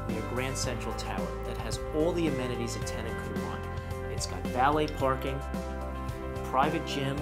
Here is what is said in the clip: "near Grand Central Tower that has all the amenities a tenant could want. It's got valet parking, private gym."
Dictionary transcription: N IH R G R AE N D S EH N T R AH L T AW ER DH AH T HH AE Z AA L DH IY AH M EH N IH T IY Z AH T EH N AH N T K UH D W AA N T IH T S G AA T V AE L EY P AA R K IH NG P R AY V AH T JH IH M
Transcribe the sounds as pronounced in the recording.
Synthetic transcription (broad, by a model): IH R G R AE N D S EH N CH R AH L T AW ER DH AH T HH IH Z AA L DH IY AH M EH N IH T IY Z AH T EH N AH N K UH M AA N IH T S G AA T V AE L EY P AA R K IH NG P R AY V AH T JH IH M